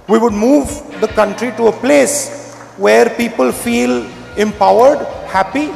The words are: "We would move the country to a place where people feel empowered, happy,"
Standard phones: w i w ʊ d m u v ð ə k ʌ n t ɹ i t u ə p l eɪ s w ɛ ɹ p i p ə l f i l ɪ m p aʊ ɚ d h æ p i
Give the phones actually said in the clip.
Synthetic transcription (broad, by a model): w i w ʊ d m u v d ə k ʌ n t ɹ i t u ə p l eɪ s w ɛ ɹ p i p ə l f i l ɪ m p aʊ ɚ d h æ p i